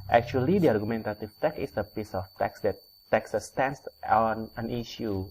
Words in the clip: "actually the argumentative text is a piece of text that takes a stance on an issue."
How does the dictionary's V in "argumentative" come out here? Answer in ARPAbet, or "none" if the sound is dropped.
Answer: F